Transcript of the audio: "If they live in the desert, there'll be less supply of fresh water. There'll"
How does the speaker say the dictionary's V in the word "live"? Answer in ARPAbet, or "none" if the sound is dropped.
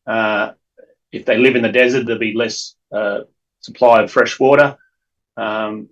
V